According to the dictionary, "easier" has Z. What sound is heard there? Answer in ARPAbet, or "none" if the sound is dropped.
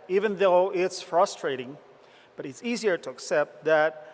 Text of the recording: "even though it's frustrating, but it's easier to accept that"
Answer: Z